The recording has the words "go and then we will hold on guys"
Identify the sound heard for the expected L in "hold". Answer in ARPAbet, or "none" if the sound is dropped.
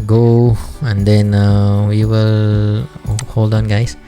L